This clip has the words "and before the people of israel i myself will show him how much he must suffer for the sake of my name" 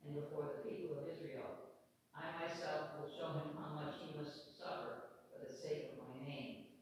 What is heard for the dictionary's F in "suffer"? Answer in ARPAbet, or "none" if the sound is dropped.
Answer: F